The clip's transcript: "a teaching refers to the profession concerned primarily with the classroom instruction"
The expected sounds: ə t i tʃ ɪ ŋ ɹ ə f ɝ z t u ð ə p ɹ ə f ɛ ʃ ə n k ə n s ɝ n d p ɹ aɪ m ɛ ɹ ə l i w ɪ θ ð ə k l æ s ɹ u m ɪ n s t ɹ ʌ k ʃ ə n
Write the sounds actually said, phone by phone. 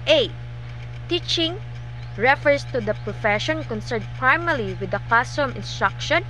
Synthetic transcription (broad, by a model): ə t i tʃ ɪ ŋ ɹ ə f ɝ s t u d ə p ɹ ə f ɛ ʃ ə n k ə n s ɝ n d p ɹ aɪ m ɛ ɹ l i w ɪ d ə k ɑ s ɔ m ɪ n s t ɹ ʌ k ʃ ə n